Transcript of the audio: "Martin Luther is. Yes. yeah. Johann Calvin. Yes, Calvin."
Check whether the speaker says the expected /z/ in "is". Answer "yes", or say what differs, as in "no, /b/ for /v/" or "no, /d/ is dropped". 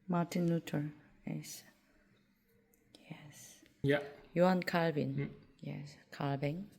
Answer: no, /s/ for /z/